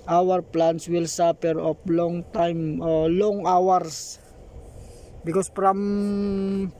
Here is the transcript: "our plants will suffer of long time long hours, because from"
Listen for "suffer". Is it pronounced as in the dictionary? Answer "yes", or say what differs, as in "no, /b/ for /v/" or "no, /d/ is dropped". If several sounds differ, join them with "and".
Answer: no, /p/ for /f/